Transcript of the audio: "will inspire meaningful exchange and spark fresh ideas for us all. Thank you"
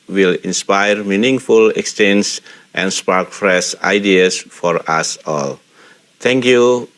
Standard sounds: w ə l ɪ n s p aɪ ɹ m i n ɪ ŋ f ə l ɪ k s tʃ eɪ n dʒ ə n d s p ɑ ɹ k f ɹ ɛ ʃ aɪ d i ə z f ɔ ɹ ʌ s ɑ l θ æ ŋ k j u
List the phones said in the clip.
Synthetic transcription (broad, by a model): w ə l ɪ n s p aɪ ɹ m i n ɪ ŋ f ə l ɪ k s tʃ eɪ n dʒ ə n s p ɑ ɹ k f ɹ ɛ s aɪ d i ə s f ɔ ɹ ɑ s ɑ l t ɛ ŋ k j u